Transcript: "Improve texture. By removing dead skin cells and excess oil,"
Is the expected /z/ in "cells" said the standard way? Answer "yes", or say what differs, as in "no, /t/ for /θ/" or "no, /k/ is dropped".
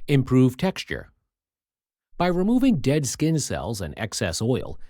yes